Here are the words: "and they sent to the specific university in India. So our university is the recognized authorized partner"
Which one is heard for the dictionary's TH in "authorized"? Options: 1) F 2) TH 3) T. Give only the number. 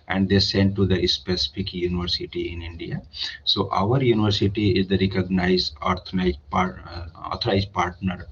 3